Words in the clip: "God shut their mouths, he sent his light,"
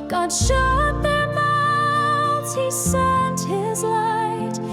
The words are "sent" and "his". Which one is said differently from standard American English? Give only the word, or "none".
none